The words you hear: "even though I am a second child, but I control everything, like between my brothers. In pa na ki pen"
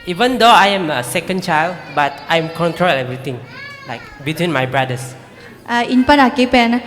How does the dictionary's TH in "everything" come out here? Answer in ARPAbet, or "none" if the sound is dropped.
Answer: T